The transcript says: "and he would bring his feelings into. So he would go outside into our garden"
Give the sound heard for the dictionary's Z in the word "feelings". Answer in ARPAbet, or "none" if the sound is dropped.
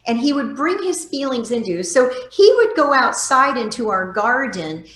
Z